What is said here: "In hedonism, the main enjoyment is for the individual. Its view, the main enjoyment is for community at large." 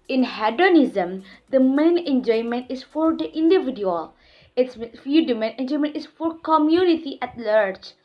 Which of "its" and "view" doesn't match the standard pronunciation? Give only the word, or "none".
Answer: view